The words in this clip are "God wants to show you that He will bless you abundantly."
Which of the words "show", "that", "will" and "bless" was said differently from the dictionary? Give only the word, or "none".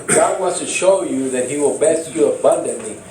bless